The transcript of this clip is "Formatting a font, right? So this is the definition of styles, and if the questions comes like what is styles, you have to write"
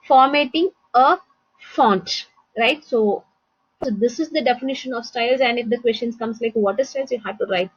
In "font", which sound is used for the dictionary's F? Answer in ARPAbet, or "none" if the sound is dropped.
F